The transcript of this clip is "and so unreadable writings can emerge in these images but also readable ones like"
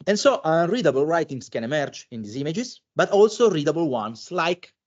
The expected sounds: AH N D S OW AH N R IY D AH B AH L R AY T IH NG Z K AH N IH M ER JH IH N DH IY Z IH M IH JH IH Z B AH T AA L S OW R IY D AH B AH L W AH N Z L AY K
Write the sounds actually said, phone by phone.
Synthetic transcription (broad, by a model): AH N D S OW AH N R IY D AH B AH L R AY T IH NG S K AH N IH M ER JH IH N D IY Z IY M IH JH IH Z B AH T AA L S OW R IY D AH B AH L W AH N S L AY K